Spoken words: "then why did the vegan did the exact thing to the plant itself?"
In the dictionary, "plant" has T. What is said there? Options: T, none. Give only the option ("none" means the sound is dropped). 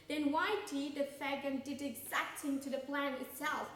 none